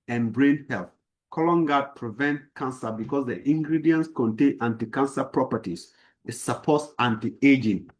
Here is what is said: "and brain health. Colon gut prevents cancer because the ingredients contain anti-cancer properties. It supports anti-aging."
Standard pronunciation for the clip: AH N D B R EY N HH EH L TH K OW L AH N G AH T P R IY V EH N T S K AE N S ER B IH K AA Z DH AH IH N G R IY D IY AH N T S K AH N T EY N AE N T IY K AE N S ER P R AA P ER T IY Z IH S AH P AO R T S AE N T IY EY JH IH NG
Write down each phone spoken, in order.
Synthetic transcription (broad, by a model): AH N B R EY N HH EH L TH K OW L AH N G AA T P R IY V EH N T K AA N S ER B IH K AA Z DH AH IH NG G R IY D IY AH N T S K AH N T EY N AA N T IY K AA N S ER P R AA P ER T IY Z IH S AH P AO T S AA N T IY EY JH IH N